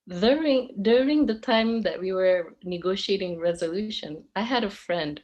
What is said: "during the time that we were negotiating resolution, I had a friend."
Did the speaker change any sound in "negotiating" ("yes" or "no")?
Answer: no